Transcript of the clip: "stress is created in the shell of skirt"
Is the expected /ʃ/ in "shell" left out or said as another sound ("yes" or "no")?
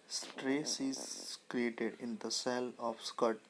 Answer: yes